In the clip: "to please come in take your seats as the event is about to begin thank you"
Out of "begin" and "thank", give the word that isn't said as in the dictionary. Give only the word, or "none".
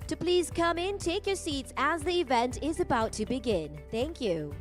none